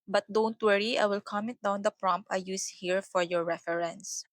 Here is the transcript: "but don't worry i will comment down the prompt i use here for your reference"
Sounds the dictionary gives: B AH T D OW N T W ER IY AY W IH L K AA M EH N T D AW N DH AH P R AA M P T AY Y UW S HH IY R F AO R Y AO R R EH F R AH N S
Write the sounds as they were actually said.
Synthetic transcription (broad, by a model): B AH T D OW N T W ER IY AY W IH L K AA M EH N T D AW N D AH P R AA M P AY Y UW S HH IY R F AO R Y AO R R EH F R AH N S